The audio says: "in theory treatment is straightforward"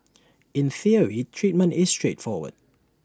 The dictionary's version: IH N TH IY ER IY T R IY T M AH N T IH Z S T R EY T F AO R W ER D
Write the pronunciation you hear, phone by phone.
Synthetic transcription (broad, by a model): IH N TH IY ER IY T R IY T M AH N T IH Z S T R EY T F AO W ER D